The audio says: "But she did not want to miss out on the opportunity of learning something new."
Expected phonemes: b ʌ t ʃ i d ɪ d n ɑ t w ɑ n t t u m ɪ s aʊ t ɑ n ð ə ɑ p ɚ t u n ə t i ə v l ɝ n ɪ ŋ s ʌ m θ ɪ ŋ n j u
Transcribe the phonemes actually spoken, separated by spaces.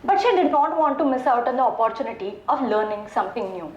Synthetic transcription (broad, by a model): b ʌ t ʃ i d ɪ d n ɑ t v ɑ n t t u m ɪ s aʊ t ɑ n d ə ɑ p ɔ t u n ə t i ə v l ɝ n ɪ ŋ s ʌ m t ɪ ŋ n j u